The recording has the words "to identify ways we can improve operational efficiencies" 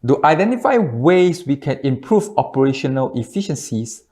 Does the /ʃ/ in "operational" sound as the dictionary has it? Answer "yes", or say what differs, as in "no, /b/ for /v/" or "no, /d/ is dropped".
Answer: yes